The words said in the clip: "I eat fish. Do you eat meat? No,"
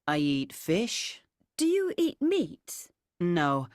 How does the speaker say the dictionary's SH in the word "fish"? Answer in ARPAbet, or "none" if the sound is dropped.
SH